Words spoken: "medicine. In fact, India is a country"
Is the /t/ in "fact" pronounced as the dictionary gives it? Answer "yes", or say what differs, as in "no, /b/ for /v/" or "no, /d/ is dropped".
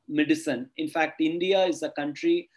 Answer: yes